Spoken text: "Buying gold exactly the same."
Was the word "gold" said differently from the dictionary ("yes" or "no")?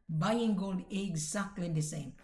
no